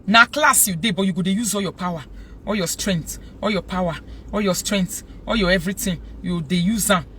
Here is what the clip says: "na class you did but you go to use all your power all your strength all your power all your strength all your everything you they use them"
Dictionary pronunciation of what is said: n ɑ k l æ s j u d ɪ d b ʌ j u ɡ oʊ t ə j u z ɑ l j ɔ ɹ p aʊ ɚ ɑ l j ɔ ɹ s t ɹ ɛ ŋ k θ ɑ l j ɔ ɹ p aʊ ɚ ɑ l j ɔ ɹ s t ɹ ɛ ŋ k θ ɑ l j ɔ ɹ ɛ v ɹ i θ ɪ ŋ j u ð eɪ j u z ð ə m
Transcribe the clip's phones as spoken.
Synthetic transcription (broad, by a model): n ɑ k l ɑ s j u d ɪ b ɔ j u ɡ oʊ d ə j u z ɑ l j ɔ p aʊ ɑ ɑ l j ɔ s t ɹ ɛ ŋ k t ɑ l j ɔ p aʊ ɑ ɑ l j ɔ s t ɹ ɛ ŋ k t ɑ j ɔ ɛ v ɹ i t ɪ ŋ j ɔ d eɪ j u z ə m